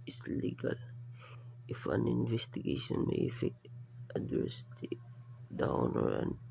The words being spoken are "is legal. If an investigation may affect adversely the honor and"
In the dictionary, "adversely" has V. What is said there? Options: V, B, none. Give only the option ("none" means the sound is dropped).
none